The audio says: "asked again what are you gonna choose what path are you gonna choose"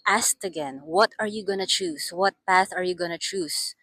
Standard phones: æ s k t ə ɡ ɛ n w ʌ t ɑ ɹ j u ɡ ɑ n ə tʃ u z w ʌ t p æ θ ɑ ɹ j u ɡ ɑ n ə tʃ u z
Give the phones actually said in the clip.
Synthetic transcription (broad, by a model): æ s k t ə ɡ ɛ n w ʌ t ɑ ɹ j u ɡ ɑ n ə tʃ u s w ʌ t p æ θ ɑ ɹ j u ɡ ɑ n ə tʃ u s